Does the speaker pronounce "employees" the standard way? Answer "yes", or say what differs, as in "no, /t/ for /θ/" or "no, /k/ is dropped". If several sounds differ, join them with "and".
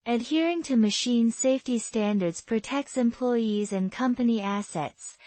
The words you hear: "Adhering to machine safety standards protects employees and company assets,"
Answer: yes